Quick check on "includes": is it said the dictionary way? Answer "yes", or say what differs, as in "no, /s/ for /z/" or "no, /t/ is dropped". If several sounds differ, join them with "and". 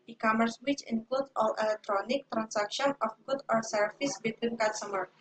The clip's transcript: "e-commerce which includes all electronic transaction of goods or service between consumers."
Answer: no, /z/ is dropped